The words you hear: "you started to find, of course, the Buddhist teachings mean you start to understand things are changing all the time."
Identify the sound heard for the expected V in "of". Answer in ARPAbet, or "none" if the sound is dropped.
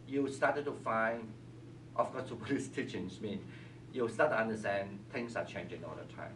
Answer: F